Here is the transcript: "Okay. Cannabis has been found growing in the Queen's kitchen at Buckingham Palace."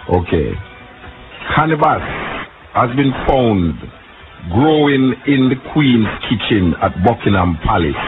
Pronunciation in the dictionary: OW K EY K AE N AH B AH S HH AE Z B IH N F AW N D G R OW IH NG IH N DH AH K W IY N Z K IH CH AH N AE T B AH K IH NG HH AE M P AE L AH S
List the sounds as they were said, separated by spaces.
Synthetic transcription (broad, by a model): OW K EY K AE N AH B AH S HH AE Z B IH N F AW N D G R OW IH NG IH N DH AH K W IY N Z K IH CH AH N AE T B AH K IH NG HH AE M P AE L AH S